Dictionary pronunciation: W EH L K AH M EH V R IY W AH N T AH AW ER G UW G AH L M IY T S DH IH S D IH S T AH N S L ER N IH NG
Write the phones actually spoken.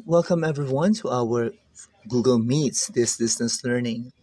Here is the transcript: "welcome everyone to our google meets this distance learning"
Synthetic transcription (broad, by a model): W EH L K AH M EH V R IY W AH N T AH AW ER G UW G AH L M IY T S DH IH S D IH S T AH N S L ER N IH NG